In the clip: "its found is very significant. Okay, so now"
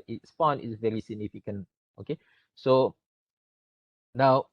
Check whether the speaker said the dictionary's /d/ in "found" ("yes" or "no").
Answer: no